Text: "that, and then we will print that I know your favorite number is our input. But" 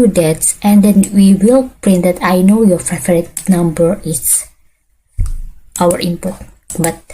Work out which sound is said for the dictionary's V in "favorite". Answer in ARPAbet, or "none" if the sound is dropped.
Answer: F